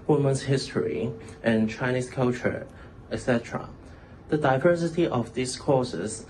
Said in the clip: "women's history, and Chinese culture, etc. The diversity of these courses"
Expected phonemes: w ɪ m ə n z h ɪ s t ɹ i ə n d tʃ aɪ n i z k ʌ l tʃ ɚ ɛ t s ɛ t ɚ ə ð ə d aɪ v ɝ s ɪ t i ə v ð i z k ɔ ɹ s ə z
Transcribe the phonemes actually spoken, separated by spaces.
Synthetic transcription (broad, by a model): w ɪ m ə n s h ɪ s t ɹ i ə n tʃ aɪ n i s k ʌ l tʃ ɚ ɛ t s ɛ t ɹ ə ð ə d aɪ v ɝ s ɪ t i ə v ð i s k ɔ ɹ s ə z